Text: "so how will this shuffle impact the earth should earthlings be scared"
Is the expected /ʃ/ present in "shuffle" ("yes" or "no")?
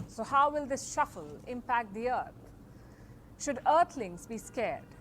yes